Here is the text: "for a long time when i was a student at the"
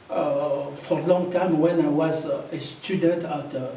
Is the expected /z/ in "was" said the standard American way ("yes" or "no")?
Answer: yes